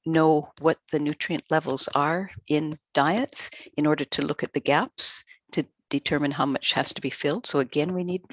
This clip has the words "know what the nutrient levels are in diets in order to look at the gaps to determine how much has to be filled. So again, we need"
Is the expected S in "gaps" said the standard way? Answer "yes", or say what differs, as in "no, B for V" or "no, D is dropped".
yes